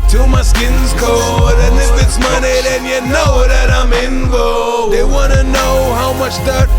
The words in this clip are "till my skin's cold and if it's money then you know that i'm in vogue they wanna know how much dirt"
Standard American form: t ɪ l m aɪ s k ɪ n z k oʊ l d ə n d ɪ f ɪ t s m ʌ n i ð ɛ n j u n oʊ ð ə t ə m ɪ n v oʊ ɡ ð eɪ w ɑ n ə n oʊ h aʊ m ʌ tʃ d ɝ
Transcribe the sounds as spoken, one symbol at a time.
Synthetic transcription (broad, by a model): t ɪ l m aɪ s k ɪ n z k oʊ d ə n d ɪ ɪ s m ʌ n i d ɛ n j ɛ n oʊ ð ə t ə m ɪ n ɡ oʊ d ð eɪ w ɑ n ə n oʊ h aʊ m ʌ tʃ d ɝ